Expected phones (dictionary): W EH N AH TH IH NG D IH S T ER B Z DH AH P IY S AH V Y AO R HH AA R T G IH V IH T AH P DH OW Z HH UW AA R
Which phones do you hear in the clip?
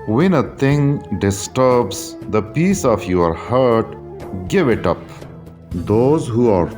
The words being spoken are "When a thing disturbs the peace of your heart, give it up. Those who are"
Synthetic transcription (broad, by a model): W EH N AH T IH NG D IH S T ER B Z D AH P IY S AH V Y AO R HH AA R T G IH V IH T AH P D OW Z HH UW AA R